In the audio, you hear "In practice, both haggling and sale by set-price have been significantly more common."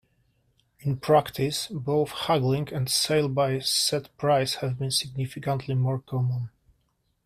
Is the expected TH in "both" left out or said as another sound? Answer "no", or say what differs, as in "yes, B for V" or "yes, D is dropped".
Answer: no